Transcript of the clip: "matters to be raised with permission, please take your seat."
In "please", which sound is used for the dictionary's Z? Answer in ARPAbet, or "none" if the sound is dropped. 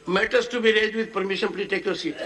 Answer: none